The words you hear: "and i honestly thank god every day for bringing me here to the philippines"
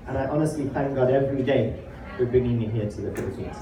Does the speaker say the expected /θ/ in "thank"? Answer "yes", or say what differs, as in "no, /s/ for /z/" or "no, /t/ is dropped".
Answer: yes